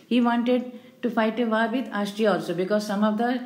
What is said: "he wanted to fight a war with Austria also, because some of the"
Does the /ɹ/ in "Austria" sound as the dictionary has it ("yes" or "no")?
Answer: no